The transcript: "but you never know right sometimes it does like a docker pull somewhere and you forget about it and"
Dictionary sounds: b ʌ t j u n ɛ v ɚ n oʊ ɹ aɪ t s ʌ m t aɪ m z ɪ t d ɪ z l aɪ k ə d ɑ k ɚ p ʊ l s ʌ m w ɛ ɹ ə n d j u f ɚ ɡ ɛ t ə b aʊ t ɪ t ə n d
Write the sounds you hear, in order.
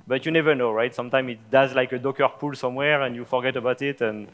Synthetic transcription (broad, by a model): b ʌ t j u n ɛ v ɚ n oʊ ɹ aɪ t s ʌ m t aɪ m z ɪ t d ɪ z l aɪ k ə d ɑ k ɚ p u l s ʌ m w ɛ ɹ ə n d j u f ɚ ɡ ɛ t ə b aʊ t ɪ t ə n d